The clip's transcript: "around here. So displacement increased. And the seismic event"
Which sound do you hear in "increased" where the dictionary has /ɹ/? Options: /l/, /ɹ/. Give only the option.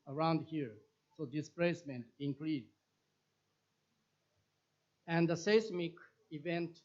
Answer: /l/